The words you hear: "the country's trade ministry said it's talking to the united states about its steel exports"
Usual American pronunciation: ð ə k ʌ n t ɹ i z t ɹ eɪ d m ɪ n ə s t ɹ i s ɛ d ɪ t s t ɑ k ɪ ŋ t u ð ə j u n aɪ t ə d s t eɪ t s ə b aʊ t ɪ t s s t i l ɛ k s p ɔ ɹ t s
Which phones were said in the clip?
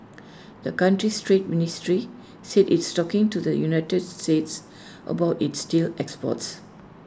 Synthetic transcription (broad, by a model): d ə k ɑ n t ɹ i s t ɹ eɪ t m ɪ n ə s t ɹ i s ɛ d ɪ t s t ɑ k ɪ ŋ t u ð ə j u n aɪ t ə d s t eɪ t s ə b aʊ t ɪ t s s t i l ɛ k s p ɔ t s